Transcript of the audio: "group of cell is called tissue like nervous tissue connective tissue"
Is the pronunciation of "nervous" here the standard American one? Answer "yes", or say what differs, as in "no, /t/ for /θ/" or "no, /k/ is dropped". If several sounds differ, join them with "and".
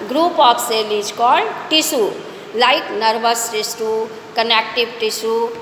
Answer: no, /b/ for /v/